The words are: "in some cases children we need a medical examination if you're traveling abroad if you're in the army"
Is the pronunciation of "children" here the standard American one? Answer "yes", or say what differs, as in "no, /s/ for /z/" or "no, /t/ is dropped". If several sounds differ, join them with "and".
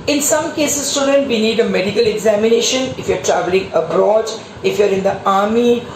no, /l/ is dropped and /ɹ/ is dropped